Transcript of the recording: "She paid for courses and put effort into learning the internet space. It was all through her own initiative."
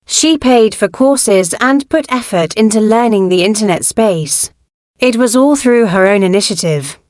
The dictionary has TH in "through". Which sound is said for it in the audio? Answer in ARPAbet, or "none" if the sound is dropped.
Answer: TH